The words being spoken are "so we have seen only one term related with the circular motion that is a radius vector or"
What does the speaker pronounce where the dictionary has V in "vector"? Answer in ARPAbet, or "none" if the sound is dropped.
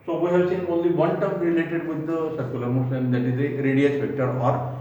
P